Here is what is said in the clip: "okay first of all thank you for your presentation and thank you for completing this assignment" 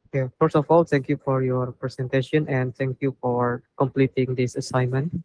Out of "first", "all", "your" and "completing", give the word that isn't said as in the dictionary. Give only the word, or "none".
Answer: first